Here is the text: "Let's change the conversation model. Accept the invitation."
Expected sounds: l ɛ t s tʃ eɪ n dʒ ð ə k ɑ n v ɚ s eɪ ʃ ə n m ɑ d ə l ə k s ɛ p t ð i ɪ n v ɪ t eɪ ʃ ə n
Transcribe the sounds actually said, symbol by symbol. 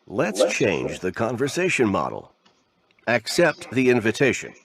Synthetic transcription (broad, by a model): l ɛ t s tʃ eɪ n dʒ ð ə k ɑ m v ɚ s eɪ ʃ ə n m ɑ d l ə k s ɛ p t ð i ɪ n v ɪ t eɪ ʃ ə n